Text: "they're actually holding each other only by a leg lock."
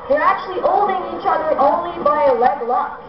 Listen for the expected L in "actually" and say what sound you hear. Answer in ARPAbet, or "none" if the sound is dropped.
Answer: L